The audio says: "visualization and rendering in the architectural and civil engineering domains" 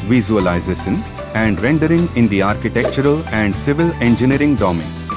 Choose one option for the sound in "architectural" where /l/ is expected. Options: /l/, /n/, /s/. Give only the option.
/l/